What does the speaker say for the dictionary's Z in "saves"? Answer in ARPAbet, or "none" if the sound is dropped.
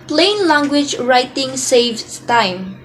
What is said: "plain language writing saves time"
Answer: none